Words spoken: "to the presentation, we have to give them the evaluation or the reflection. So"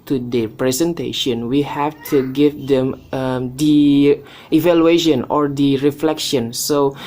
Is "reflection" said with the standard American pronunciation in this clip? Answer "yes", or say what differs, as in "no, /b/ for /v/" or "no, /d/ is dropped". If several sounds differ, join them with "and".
yes